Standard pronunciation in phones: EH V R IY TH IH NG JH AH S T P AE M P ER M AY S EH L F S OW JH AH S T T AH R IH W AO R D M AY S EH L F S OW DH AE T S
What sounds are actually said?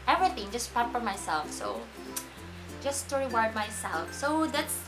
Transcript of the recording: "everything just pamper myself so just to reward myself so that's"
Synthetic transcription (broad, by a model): EH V R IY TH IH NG JH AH S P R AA P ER M AY S EH L F S OW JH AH S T T AH R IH W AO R D M AY S EH L F S OW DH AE T S